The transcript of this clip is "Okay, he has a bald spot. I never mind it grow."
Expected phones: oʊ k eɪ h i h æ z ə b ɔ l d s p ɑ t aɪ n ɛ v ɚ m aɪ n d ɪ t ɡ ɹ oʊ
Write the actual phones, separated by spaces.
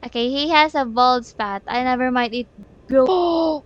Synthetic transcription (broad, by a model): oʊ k eɪ h i h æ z ə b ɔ l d s p ɑ t aɪ n ɛ v ɚ m aɪ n ɪ t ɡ ɹ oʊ